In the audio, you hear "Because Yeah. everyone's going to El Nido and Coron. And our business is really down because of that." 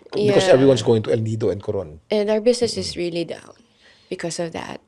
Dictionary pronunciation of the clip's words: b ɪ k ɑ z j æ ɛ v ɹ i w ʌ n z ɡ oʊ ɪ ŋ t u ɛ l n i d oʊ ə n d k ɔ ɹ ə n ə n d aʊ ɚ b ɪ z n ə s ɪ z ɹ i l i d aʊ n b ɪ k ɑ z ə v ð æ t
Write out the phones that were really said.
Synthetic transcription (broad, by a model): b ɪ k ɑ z ɛ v ɹ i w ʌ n s ɡ oʊ ɪ ŋ t u ɛ l n i d oʊ ə n d k ɔ ɹ ə n ə n d aʊ ɚ b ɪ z n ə s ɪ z ɹ i l i d aʊ n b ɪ k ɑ s ə v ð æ t